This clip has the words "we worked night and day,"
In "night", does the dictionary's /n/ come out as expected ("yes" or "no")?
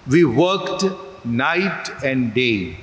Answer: yes